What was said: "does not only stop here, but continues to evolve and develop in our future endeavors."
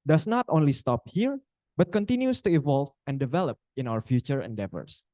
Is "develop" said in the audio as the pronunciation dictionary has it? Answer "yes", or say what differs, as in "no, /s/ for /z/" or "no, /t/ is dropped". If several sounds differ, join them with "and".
yes